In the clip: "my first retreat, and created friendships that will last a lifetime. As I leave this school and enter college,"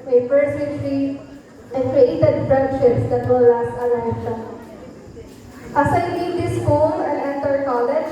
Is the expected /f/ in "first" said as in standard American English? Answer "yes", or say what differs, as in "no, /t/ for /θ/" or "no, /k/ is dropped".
no, /p/ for /f/